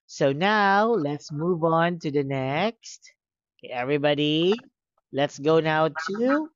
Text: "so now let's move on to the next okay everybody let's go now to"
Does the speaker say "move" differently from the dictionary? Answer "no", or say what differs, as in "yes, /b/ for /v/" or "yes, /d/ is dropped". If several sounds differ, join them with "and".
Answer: no